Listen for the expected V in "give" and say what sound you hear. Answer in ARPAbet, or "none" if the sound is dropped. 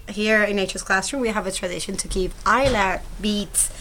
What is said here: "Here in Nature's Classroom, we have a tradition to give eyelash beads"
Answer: P